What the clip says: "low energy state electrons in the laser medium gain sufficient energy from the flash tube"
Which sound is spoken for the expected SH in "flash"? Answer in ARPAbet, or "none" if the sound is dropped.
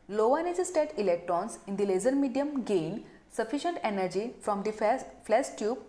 S